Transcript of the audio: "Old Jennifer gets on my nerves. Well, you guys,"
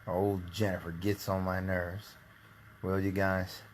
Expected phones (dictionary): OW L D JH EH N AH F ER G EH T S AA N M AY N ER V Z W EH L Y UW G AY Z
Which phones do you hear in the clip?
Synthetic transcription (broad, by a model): OW L D JH EH N AH F ER G EH T S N M AY N ER V Z W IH L Y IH G AY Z